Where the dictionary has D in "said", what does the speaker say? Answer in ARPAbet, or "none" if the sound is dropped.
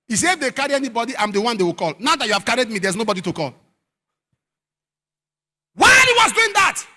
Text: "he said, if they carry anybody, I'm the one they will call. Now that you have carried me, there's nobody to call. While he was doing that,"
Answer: none